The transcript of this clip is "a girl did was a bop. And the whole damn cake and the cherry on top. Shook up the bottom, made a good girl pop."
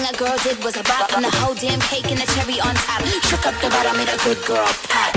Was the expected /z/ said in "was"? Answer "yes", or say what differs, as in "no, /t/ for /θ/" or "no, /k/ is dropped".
yes